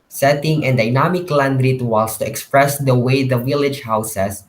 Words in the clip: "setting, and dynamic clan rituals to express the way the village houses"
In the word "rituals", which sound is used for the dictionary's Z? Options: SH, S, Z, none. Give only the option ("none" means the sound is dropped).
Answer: S